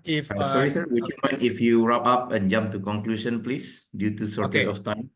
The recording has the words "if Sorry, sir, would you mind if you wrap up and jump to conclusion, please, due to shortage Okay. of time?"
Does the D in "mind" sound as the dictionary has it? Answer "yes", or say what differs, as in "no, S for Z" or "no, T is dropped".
no, D is dropped